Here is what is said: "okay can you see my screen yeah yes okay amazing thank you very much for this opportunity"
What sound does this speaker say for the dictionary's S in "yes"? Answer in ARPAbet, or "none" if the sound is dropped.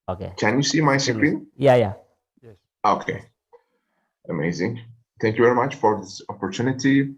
none